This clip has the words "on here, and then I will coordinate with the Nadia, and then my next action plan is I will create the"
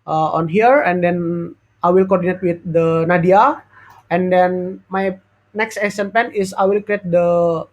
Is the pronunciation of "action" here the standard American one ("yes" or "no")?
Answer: no